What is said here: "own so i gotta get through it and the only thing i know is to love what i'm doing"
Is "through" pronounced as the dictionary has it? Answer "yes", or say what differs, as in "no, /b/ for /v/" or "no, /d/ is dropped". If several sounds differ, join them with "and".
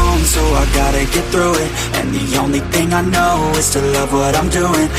yes